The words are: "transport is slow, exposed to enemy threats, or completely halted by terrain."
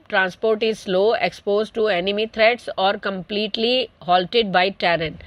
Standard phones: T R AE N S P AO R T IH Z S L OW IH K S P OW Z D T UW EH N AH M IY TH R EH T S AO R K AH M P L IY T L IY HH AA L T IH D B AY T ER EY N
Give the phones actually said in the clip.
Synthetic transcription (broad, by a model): T R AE N S P AO R T IH Z S L OW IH K S P OW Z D T UW EH N AH M IY T R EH T S AO R K AH M P L IY T L IY HH AA L T IH D B AY T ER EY N